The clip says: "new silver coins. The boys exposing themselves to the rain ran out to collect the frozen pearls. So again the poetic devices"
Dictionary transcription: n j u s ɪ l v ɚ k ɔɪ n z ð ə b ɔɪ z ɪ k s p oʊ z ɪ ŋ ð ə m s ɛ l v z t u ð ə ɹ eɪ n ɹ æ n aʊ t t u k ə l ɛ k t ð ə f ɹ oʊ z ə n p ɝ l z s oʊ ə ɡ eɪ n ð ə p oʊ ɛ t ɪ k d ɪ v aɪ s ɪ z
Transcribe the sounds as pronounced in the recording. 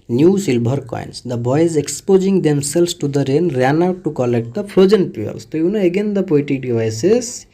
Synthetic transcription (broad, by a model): n j u s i l b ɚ k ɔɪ n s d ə b ɔɪ z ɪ k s p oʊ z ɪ ŋ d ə m s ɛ l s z t u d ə ɹ eɪ n ɹ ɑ n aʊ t t u k ə l ɛ k t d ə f ɹ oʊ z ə n p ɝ l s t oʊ ə ɡ eɪ n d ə p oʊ t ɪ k d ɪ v aɪ s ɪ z